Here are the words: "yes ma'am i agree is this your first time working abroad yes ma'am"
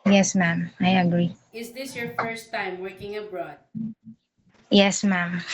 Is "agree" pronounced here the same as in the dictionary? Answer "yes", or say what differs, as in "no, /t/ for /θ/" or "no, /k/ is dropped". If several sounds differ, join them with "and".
yes